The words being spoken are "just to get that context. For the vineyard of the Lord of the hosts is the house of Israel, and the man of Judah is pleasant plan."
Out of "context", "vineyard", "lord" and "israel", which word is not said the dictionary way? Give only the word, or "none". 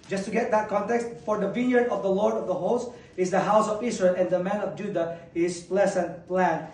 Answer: israel